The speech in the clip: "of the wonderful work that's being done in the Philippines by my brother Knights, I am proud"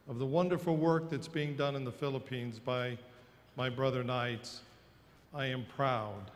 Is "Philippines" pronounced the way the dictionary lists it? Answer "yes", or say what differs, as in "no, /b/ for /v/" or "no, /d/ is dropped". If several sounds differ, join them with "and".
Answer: yes